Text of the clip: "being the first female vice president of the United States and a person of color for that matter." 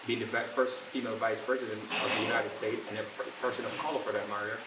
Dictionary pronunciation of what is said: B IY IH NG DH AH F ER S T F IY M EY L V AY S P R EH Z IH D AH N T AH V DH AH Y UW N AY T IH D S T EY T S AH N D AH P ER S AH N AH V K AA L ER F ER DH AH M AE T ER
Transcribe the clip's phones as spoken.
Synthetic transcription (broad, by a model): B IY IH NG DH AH F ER S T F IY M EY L V AY S P R EH Z IH D AH N T AH V DH AH Y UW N AY T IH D S T EY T AH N AH P ER S AH N AH V K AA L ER F ER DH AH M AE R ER